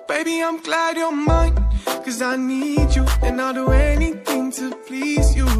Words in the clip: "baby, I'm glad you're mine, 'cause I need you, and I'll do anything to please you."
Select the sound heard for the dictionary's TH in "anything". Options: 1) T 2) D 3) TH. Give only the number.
3